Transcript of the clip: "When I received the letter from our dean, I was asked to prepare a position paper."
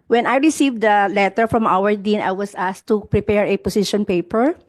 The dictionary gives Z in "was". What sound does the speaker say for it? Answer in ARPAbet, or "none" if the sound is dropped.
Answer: S